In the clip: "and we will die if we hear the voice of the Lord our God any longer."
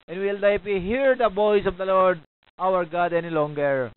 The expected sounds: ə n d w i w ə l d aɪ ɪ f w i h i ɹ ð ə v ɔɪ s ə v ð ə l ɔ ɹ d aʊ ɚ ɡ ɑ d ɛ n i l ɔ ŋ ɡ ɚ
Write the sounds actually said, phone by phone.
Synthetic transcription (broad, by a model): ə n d w i l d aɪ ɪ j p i h i ɹ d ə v ɔɪ s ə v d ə l ɔ ɹ d aʊ ɚ ɡ ɑ d ɛ n i l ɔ ŋ ɡ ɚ